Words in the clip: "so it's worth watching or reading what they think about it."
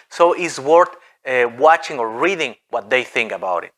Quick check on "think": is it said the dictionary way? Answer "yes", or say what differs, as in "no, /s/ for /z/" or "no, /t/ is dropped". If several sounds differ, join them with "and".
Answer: yes